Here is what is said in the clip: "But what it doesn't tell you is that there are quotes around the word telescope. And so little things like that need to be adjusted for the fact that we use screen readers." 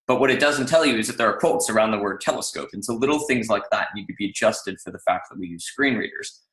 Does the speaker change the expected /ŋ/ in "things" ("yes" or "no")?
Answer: no